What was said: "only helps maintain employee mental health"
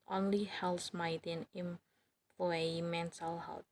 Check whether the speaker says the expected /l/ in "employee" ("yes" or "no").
no